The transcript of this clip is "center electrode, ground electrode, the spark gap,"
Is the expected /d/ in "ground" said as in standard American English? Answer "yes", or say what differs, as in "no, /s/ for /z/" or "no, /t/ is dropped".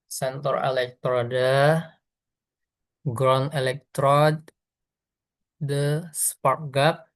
no, /d/ is dropped